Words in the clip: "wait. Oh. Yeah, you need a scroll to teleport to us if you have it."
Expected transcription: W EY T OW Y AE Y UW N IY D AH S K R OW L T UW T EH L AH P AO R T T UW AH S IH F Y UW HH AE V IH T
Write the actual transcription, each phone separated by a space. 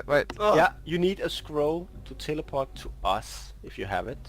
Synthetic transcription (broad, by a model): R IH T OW Y AE Y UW N IY D AH S K R OW L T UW T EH L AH P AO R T T UW AH S IH F Y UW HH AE V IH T